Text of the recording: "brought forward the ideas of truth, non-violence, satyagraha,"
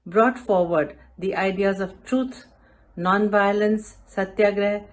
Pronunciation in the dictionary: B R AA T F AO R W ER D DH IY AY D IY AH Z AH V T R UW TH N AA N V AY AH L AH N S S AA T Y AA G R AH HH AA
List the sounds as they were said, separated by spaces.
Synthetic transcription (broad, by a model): B R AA T F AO R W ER D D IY AY D IY AH Z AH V T R UW T N AA N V AY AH L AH N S S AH T Y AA G R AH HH